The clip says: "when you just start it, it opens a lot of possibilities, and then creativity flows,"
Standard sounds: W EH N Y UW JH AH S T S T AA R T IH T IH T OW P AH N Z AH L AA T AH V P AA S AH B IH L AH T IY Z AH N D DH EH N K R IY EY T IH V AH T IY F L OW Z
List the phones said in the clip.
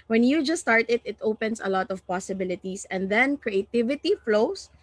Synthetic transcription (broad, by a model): W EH N Y UW JH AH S S T AA R T IH T IH T OW P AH N S AH L AA T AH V P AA S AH B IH L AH T IY S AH N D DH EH N K R IY EY T IH V AH T IY F L OW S